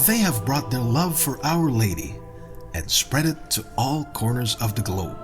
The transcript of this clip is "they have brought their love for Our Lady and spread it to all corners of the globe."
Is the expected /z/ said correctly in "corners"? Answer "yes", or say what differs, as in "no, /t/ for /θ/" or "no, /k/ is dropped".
yes